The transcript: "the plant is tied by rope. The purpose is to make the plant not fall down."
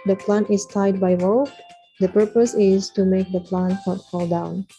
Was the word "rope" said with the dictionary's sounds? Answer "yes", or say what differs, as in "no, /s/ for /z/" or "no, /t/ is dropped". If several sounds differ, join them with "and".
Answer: no, /w/ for /ɹ/